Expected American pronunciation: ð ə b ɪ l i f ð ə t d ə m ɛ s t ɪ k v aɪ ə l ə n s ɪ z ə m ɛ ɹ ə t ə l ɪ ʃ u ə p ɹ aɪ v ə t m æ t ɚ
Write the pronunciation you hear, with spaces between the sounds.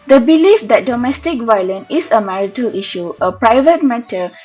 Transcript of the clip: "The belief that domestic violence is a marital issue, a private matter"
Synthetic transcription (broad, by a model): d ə b ɪ l i f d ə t d ə m ɛ s t ɪ k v aɪ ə l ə n ɪ s ə m ɛ ɹ ə t ə l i ʃ u ə p ɹ aɪ v ə t m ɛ t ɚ